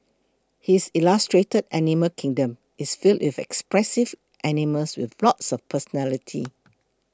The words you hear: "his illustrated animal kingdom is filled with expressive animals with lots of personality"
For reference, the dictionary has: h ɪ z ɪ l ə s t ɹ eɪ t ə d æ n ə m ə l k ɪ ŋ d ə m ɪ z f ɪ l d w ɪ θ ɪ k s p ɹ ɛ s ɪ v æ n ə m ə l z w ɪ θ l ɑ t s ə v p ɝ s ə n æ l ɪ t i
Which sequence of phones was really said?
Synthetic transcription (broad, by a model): h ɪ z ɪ l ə s t ɹ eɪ t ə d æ n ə m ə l k ɪ ŋ d ə m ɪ s f ɪ l d w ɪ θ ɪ k s p ɹ ɛ s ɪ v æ n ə m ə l s w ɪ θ l ɑ t s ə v p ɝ s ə n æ l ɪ t i